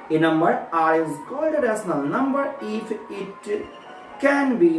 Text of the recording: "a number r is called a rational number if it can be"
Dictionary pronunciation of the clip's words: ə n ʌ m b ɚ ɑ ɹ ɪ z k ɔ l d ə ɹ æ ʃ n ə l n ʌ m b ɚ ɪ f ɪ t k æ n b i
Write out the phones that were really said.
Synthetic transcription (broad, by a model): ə n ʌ m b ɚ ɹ ɪ z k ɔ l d ə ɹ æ s n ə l n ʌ m b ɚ ɪ f ɪ t k æ n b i